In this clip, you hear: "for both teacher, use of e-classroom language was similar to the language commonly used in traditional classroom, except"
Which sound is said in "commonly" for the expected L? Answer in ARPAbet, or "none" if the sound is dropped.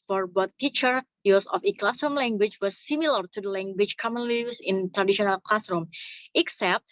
L